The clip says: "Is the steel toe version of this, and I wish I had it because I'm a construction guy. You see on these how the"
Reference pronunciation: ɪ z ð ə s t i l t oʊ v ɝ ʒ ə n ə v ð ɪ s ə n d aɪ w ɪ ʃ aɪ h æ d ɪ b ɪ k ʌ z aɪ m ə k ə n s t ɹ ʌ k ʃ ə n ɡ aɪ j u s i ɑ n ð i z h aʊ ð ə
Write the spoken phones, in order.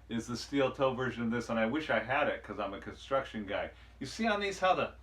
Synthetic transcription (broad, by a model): ɪ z ð ə s t i l t oʊ v ɝ ʒ ə n ə v ð ɪ s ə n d aɪ w ɪ ʃ aɪ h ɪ d ɪ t k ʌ z aɪ m ə k ə n s t ɹ ʌ k ʃ ə n ɡ aɪ j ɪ s i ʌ n ð i z h aʊ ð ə